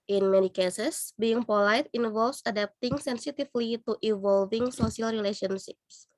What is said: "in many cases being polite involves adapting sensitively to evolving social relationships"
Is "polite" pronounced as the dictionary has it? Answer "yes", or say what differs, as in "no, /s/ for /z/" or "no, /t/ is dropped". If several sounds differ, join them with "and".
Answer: yes